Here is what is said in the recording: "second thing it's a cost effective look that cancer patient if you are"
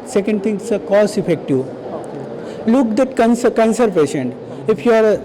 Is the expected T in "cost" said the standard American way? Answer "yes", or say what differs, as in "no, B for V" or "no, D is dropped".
no, T is dropped